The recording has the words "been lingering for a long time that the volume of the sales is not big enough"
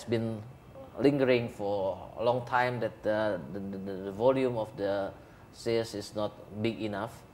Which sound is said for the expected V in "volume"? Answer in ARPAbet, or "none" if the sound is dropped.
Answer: V